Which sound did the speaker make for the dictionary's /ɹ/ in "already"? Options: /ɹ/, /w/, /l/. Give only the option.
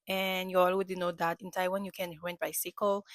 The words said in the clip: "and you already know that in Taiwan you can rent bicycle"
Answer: /w/